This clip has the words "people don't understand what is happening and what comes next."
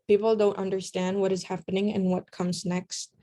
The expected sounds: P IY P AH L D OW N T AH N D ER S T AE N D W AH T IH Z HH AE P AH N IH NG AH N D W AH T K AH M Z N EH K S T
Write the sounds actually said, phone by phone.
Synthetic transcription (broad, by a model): P IY P L D OW N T AH N D ER S T AE N D W AH T IH Z HH AE P AH N IH NG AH N W AH T K AH M Z N EH K S T